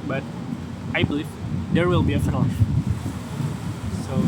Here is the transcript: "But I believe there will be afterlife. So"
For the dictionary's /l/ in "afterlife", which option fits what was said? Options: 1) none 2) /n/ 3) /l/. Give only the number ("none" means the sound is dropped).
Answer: 2